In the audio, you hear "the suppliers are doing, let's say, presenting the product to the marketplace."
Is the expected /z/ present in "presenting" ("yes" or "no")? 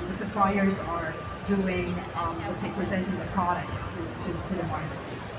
yes